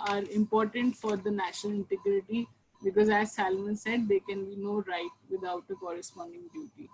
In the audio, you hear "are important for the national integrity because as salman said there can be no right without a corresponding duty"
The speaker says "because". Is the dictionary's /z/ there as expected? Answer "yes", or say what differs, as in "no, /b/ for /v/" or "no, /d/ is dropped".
yes